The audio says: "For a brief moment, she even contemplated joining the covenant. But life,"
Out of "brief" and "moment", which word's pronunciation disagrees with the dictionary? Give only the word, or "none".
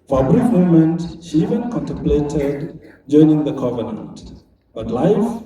none